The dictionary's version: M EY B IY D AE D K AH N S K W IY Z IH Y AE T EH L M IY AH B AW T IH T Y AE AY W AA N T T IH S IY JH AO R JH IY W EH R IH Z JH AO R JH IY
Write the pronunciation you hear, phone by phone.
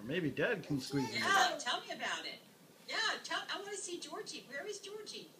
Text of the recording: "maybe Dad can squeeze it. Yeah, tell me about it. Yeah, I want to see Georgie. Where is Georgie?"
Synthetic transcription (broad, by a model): M EY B IY D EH D K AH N S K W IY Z Y AE T EH L M IY AH B AW T IH T Y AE AY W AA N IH S IY JH AO R JH IY W EH R IH Z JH AO R JH IY